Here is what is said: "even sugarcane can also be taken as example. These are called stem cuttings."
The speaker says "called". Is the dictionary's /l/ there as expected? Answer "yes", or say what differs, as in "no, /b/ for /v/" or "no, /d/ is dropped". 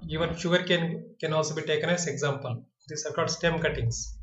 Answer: no, /l/ is dropped